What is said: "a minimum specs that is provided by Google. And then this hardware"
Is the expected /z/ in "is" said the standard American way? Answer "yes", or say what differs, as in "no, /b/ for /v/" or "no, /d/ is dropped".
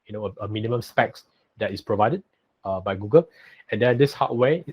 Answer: no, /s/ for /z/